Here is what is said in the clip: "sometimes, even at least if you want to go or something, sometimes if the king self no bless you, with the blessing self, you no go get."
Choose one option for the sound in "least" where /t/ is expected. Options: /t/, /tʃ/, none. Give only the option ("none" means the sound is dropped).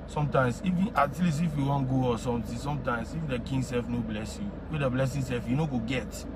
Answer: none